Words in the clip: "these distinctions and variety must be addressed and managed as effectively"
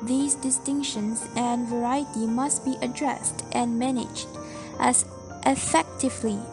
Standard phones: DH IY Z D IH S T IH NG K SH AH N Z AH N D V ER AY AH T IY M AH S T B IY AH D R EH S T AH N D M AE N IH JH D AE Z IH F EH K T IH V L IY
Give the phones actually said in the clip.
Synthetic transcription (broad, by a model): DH IY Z D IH S T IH NG K SH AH N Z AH N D V ER AY AH T IY M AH S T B IY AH D R EH S T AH N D M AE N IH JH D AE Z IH F EH K T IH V L IY